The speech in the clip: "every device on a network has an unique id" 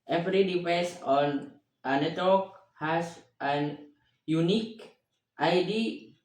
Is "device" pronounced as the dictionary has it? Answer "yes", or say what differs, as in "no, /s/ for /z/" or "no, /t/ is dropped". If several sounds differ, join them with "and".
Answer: no, /p/ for /v/